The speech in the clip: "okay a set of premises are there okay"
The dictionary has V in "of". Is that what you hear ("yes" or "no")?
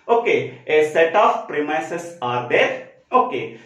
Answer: no